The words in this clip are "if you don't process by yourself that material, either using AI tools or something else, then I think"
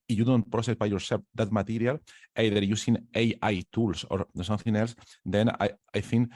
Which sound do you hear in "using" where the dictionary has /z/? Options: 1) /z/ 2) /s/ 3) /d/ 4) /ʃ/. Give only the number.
2